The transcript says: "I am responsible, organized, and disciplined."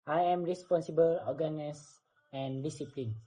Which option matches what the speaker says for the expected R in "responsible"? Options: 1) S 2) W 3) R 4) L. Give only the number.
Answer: 3